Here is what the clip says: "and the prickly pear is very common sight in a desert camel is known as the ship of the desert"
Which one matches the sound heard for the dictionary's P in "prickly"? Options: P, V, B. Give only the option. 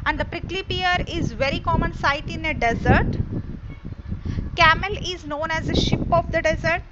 P